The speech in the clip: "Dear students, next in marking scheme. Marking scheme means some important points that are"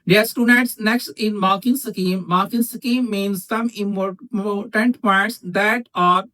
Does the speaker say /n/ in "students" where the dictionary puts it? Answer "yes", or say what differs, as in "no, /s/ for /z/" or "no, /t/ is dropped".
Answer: no, /n/ is dropped